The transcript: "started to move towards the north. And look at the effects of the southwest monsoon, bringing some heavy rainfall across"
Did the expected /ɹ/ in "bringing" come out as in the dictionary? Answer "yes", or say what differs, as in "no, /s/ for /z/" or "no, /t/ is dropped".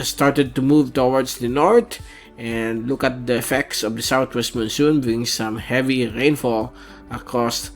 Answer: no, /ɹ/ is dropped